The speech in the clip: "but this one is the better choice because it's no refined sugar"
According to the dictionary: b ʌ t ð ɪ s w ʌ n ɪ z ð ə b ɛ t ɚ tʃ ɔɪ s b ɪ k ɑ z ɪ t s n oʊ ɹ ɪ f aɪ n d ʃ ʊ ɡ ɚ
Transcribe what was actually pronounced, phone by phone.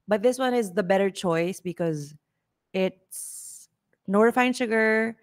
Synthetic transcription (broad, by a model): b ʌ t ð ɪ s w ʌ n ɪ z ð ə b ɛ t ɚ tʃ ɔɪ s b ɪ k ɑ z ɪ t s n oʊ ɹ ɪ f aɪ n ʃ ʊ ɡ ɚ